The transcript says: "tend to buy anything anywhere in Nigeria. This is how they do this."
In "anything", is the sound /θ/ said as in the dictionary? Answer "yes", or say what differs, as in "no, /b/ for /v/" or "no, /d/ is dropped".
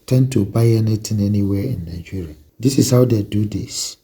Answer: no, /t/ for /θ/